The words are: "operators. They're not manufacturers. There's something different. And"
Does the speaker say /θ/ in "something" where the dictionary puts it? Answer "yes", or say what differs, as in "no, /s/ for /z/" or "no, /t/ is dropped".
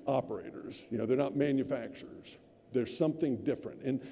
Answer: yes